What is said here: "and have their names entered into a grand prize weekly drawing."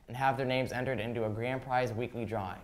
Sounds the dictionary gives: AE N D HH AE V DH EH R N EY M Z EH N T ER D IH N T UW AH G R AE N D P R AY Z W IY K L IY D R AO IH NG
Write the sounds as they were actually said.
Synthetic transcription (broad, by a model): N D HH AE V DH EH R N EY M Z EH N T ER D IH N T UW AH G R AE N P R AY Z W IY K L IY D R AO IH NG